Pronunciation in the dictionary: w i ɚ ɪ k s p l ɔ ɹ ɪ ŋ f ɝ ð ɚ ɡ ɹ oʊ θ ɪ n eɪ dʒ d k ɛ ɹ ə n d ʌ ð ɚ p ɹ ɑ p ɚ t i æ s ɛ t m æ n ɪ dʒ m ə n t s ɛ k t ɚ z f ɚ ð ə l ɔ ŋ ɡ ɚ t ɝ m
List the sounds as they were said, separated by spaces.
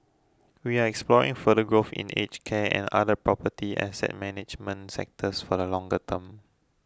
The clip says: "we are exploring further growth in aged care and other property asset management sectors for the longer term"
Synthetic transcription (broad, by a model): w i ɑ ɪ k s p l ɔ ɹ ɪ ŋ f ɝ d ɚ ɡ ɹ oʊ f ɪ n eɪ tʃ k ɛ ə n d ʌ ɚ p ɹ ɑ p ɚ t i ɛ s ɛ t m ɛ n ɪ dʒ m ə n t s ɛ k t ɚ s f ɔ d ə l ɔ ŋ ɡ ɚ t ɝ m